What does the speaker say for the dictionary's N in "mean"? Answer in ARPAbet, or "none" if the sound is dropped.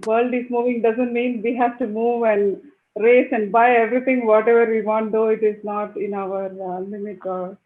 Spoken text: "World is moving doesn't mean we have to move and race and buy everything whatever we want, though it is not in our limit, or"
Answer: N